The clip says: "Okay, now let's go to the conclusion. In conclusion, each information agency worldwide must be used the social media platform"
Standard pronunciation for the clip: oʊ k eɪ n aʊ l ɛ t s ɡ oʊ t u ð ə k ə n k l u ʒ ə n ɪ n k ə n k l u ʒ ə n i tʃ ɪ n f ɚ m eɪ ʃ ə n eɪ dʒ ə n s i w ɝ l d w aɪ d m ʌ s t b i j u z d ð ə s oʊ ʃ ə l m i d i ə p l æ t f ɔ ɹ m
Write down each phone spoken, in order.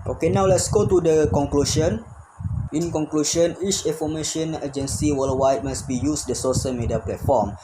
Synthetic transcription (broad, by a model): oʊ k eɪ n aʊ l ɛ t s ɡ oʊ t u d ə k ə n k l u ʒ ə n ɪ n k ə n k l u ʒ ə n i tʃ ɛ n f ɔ m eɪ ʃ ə n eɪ dʒ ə n s i w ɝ l w aɪ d m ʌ s b i j u s d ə s oʊ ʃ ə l m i d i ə p l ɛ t f ɔ m